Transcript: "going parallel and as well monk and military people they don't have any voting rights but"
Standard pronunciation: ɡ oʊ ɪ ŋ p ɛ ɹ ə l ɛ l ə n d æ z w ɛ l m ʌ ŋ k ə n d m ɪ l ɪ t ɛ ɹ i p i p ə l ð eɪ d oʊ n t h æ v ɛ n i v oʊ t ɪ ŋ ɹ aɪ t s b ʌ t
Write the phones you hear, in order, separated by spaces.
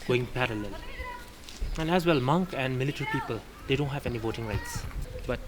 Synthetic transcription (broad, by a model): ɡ oʊ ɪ ŋ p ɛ ɹ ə l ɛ l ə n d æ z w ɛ l m ʌ ŋ k ə n d m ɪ l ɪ t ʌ ɹ i p i p ə l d eɪ d oʊ n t h æ v ɛ n i v oʊ t ɪ ŋ ɹ aɪ t s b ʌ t